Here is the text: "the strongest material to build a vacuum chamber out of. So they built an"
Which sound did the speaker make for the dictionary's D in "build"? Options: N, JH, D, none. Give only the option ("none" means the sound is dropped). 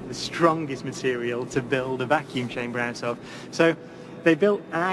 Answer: D